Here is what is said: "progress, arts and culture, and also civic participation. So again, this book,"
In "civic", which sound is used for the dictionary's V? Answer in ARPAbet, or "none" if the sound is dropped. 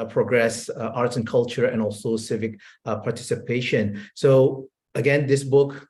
V